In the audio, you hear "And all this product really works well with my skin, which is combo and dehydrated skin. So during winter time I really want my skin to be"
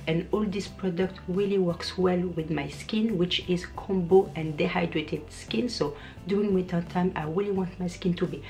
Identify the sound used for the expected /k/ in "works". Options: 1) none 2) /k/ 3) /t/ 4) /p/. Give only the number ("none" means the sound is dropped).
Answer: 2